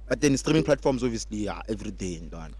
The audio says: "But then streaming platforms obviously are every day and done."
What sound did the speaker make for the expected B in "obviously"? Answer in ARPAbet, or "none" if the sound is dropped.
none